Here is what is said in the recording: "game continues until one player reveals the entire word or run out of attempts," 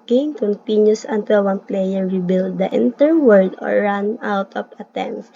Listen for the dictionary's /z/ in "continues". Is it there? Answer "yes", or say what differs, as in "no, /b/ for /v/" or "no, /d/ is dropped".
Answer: no, /s/ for /z/